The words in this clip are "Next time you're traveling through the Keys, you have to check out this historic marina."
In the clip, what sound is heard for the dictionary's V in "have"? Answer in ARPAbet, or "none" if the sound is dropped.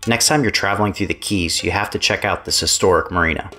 F